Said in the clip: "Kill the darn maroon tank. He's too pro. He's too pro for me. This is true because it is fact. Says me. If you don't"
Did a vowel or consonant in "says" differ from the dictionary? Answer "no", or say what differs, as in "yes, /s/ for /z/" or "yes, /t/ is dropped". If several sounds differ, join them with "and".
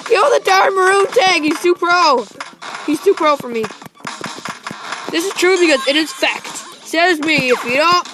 no